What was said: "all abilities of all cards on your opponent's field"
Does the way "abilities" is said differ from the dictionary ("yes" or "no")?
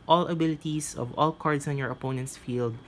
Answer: yes